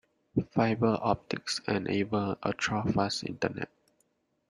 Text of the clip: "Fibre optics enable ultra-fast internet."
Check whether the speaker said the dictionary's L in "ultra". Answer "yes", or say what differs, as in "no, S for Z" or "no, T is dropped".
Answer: no, L is dropped